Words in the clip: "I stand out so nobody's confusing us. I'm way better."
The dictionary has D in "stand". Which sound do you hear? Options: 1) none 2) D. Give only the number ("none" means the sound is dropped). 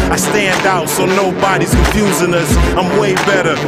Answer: 2